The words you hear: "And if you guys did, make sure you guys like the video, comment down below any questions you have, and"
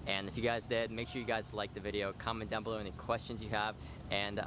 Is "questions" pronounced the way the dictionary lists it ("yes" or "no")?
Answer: yes